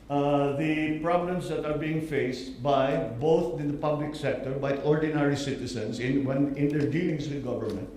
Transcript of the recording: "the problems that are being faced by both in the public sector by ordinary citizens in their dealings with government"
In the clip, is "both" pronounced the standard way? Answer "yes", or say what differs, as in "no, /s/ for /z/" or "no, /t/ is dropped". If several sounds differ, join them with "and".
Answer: no, /t/ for /θ/